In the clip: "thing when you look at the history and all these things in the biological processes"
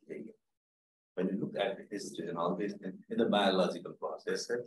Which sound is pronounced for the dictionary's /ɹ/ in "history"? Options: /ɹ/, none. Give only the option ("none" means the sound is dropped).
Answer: none